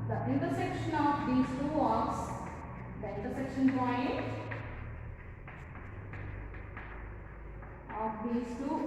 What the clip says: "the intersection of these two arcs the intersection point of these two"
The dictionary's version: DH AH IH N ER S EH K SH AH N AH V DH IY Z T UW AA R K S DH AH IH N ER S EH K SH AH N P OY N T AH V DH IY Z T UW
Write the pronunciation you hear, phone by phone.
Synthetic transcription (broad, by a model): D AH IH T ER S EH K SH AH N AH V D IY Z T UW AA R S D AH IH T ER S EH K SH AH N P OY T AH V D IY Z T UW